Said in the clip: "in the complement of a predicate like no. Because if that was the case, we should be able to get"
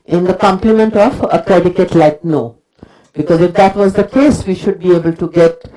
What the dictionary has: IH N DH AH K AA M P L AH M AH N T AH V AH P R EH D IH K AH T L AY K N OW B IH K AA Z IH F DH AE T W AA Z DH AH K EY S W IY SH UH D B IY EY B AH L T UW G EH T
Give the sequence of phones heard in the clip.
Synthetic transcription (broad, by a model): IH N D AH K AA M P L AH M AH N T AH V AH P R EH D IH K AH T L AY K N OW B IH K AA Z IH F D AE T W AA Z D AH K EY S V IY SH UH D B IY EY B AH L T UW G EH T